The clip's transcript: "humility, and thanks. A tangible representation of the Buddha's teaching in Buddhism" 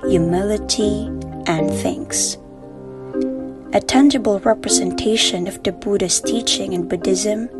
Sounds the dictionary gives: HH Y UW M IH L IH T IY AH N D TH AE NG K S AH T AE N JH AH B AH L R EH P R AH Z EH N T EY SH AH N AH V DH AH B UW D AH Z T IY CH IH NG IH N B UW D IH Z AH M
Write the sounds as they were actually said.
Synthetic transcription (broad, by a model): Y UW M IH L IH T IY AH N TH AE NG K S AH T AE N JH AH B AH L R EH P R AH Z EH N T EY SH AH N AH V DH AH B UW D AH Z T IY CH IH NG IH N B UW D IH Z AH M